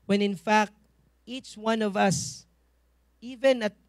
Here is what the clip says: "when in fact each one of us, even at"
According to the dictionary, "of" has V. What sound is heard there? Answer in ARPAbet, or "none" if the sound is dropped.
V